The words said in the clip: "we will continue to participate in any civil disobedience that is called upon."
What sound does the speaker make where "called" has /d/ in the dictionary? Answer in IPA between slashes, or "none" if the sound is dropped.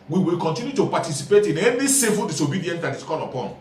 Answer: none